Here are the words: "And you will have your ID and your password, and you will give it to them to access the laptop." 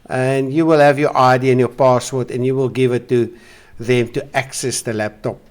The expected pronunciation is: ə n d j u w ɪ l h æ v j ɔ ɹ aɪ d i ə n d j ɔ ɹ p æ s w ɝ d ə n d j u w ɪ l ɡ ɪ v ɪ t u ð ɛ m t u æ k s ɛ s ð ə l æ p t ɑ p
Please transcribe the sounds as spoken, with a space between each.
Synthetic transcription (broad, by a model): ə n d j u w ɪ l h æ v j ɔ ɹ aɪ d i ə n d j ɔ p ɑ s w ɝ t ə n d j u w ɪ l ɡ ɪ v ɪ t u ð ɛ m t u æ k s ɛ s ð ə l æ p t ɑ p